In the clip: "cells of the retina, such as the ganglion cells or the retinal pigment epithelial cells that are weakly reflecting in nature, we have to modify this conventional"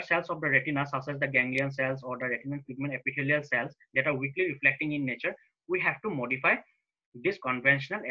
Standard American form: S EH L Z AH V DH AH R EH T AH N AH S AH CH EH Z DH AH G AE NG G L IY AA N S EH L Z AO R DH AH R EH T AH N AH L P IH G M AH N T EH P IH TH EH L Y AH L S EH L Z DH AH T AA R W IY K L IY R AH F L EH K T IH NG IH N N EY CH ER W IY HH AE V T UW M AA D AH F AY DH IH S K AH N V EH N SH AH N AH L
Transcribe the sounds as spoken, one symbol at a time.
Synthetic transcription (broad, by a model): S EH L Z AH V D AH R EH T AH N AH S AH S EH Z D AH G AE NG G L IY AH N S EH L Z AO R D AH R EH T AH N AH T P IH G M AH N EH P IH T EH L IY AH L S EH L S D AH T AA R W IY K L IY R AH F L EH K T IH NG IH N N EY CH ER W IY HH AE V T UW M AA D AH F AY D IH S K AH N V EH N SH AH N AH L